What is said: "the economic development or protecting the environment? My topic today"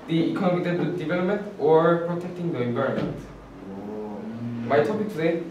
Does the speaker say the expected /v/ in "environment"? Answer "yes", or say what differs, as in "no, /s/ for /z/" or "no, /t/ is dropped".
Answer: no, /b/ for /v/